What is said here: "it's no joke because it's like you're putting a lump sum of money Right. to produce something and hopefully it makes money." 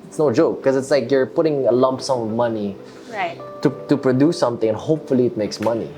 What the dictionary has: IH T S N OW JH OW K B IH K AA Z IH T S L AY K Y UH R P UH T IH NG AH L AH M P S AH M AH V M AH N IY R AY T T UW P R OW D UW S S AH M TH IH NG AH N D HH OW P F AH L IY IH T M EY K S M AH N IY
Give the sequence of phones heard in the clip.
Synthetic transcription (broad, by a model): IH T S N OW JH OW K K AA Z IH T S L AY K Y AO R P UH T IH NG AH L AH M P S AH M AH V M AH N IY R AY T T UW P R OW D UW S S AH M T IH NG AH N HH OW P F AH L IY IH T M EY K S M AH N IY